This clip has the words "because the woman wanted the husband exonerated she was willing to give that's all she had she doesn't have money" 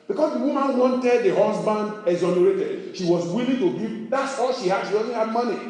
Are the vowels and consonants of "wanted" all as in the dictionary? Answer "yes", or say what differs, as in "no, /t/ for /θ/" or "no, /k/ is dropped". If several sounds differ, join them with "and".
yes